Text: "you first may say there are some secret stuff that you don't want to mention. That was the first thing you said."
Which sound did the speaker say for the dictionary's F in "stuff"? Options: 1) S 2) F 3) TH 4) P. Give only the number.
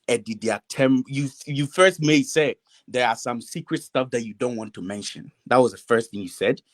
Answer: 2